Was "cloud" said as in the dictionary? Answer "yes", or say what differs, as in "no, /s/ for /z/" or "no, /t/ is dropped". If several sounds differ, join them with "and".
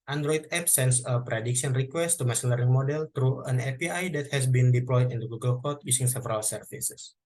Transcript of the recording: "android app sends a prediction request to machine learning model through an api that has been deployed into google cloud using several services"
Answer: no, /l/ is dropped